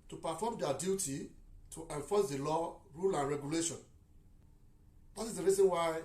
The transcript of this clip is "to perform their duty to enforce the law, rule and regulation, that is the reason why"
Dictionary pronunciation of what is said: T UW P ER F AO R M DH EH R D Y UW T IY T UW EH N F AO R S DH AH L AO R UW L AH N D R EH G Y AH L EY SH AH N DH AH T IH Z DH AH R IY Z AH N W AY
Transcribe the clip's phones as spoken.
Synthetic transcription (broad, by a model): T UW P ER F AO M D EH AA D Y UW T IY T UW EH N F AO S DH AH L AO R UW L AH N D R EH G Y AH L EY SH AH N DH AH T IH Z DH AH R IY Z AH N W AY